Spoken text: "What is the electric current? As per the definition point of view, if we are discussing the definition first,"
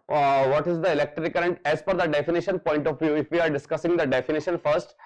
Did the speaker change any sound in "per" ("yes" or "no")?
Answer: yes